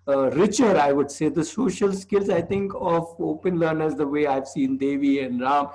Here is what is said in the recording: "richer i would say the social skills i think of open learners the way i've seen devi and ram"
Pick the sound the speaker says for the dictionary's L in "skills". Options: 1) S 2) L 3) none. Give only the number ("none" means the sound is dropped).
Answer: 2